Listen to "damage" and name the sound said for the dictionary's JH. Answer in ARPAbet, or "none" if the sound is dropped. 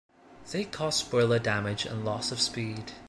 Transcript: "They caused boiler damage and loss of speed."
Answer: JH